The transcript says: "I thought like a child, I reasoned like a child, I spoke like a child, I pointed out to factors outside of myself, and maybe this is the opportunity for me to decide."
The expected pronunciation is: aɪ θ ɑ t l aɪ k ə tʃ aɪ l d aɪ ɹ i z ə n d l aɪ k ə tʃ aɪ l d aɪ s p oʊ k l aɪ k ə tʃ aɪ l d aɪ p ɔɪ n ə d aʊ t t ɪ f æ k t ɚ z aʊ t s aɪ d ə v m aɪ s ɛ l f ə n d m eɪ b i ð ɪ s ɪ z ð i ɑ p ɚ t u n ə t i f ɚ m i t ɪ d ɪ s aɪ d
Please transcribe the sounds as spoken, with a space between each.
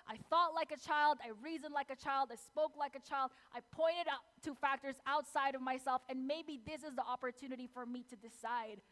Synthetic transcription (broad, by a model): aɪ θ ɑ t l aɪ k ə tʃ aɪ l d aɪ ɹ i z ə n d l aɪ k ə tʃ aɪ l d aɪ s p oʊ k l aɪ k ə tʃ aɪ l d aɪ p ɔɪ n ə d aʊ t t ɪ f æ k t ɚ z aʊ t s aɪ d ə v m aɪ s ɛ l f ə n m eɪ b i ð ɪ s ɪ z ð i ɑ p ɚ t u n ə t i f ɚ m i t ɪ d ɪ s aɪ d